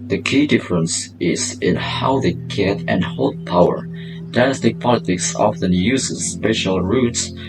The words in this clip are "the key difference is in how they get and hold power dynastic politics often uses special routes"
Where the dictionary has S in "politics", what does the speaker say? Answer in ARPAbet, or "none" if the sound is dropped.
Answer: S